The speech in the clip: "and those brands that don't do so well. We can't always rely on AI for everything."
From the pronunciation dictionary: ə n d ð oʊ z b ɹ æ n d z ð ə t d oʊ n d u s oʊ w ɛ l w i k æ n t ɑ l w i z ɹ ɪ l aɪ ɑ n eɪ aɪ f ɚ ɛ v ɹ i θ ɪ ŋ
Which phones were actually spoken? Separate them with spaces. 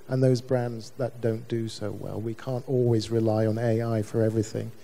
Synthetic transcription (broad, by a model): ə n ð oʊ z b ɹ æ n d z ð ə t d oʊ n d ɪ s oʊ w ɛ l w i k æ n t ɑ l w i z ɹ ɪ l aɪ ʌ n eɪ aɪ f ɚ ɛ v ɹ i θ ɪ ŋ